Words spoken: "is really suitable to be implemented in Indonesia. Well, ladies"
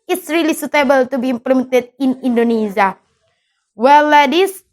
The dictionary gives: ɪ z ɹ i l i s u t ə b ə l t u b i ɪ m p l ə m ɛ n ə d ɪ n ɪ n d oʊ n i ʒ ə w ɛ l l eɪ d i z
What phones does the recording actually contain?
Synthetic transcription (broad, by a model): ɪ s ɹ i l i s u t ə b ə l t u b i m p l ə m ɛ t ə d ɪ n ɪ n d oʊ n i z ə w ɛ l l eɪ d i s